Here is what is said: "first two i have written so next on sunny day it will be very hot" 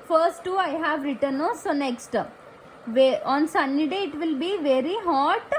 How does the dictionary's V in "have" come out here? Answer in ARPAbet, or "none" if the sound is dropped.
V